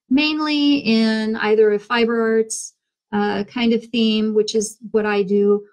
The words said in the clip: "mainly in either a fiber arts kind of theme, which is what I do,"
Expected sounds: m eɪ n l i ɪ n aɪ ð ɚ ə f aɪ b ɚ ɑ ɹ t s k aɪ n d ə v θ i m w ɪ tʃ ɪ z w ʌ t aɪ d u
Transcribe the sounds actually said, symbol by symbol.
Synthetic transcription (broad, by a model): m eɪ n l i ɪ n aɪ ð ɚ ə f aɪ b ɚ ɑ ɹ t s k aɪ n d ə v θ i m w ɪ tʃ ɪ z w ʌ t aɪ d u